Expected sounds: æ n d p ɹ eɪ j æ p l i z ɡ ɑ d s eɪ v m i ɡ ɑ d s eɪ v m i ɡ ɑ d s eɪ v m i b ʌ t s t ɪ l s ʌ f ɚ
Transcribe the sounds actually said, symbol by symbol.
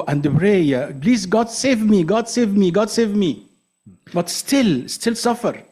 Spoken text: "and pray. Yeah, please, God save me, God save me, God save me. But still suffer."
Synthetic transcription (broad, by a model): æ n d b ɹ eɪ j æ b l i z ɡ ɑ d s eɪ v m i ɡ ɑ d s eɪ v m i ɡ ɑ d s eɪ v m i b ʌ t s t ɪ l s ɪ f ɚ